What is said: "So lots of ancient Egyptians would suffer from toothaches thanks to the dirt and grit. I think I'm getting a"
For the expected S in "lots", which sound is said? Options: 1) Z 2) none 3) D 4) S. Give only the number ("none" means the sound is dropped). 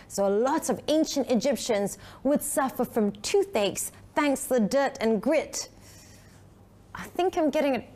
2